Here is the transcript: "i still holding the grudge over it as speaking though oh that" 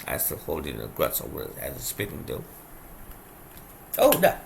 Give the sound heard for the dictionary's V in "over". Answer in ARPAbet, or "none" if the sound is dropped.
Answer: none